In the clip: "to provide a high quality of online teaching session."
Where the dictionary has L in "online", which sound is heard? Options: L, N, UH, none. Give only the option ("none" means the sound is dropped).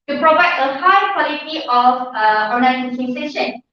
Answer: none